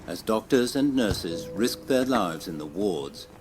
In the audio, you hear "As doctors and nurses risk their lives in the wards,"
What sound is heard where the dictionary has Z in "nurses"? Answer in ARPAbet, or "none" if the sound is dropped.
Z